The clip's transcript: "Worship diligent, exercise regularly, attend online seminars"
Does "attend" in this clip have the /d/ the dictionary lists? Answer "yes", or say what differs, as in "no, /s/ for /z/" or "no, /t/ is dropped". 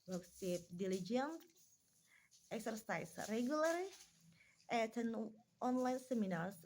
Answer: no, /d/ is dropped